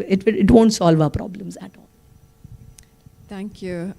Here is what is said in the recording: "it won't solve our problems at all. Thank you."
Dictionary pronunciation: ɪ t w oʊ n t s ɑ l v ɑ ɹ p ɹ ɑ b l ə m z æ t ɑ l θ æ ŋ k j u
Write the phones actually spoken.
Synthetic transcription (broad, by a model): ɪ t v oʊ n t s ɑ l v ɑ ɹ p ɹ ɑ b l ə m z æ t ɑ l t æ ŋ k j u